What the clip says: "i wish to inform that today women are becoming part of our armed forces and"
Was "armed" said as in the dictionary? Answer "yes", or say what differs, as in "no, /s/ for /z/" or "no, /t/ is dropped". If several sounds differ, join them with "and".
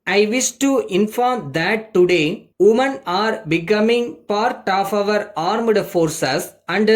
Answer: yes